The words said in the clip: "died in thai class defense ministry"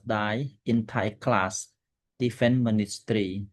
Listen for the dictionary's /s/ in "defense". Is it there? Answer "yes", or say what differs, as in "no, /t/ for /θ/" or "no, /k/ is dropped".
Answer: no, /s/ is dropped